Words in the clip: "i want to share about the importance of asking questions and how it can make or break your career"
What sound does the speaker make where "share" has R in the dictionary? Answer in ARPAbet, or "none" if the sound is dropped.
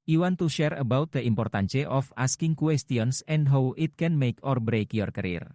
R